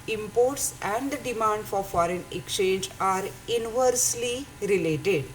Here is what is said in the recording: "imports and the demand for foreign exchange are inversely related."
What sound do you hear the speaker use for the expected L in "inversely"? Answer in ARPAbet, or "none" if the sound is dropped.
L